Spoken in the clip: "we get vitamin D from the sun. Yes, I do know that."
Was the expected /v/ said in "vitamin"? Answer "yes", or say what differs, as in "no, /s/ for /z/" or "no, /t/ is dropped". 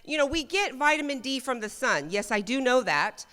yes